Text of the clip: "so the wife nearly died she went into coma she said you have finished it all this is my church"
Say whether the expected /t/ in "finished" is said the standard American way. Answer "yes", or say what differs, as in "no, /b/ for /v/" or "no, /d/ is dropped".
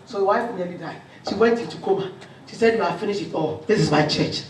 no, /t/ is dropped